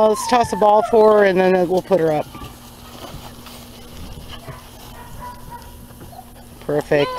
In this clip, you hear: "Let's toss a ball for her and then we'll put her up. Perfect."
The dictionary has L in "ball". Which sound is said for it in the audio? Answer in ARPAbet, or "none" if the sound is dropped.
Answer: L